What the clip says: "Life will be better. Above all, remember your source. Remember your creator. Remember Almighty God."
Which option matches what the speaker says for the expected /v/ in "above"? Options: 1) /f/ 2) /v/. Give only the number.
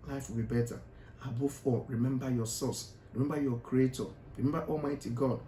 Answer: 1